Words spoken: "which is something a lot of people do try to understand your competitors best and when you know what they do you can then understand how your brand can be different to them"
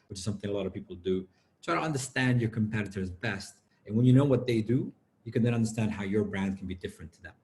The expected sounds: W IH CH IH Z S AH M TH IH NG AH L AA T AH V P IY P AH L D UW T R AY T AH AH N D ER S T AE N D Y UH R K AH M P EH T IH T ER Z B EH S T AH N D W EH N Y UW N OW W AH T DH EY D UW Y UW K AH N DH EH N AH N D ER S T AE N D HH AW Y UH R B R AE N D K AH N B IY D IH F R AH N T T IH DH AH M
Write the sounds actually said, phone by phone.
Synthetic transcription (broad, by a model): W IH CH IH Z S AH M TH IH NG AH L AA T AH V P IY P L D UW T R AY T AH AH N D ER S T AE N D Y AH R K AH M P EH T IH T ER Z B EH S T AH N W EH N Y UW N OW W AH T DH EY D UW Y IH K AH N DH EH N AH N D ER S T AE N D HH AW Y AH R B R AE N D K N B IY D IH F R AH N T T IH DH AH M